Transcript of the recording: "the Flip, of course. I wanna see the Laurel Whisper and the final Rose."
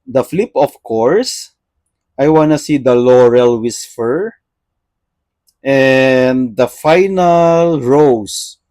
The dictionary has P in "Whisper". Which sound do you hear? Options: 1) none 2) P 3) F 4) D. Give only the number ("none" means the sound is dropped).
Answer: 3